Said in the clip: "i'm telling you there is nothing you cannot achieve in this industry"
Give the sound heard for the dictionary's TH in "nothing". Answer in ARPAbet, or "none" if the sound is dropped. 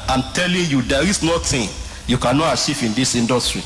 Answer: T